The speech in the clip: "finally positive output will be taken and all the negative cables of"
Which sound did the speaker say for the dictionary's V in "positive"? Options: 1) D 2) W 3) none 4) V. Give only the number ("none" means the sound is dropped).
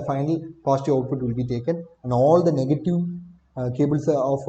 3